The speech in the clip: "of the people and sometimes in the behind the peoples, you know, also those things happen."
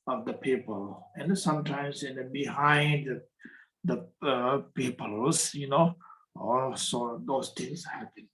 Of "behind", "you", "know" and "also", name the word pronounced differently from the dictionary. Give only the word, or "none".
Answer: none